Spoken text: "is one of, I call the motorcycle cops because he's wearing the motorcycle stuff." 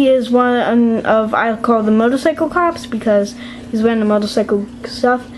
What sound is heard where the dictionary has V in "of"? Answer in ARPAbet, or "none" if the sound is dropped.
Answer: V